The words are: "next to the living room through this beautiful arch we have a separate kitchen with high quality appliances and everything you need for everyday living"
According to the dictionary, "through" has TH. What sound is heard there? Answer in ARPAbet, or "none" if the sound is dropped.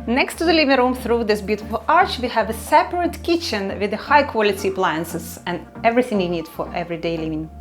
TH